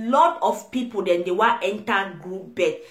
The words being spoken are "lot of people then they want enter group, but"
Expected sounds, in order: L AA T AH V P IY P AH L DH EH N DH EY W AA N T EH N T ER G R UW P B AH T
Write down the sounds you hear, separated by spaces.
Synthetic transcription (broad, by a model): L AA T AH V P IY P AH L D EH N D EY W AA T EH N T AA G R UW P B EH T